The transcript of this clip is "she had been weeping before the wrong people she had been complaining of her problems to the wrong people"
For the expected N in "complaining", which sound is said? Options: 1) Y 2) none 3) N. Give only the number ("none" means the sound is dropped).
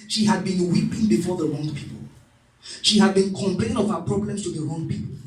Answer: 2